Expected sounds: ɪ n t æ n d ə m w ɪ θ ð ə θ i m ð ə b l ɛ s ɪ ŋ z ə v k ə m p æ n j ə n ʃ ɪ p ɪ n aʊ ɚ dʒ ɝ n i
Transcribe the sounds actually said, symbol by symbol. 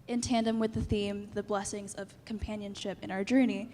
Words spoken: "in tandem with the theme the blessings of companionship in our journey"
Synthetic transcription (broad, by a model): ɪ n t æ n d ə m w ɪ ð ə θ i m ð ə b l ɛ s ɪ ŋ z ə v k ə m p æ n j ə n ʃ ɪ p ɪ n aʊ ɚ dʒ ɝ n i